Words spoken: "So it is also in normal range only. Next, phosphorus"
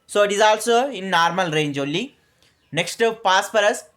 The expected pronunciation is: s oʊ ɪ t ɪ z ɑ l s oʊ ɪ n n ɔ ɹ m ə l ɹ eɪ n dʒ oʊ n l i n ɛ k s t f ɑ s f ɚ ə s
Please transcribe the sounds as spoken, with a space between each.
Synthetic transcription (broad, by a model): s oʊ ɪ t ɪ z ɑ l s oʊ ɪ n n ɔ ɹ m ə l ɹ eɪ n dʒ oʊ l i n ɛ k s t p ɑ s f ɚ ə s